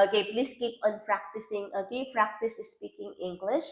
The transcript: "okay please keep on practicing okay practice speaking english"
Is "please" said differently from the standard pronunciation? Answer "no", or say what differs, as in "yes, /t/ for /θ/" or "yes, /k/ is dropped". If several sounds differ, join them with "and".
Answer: yes, /s/ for /z/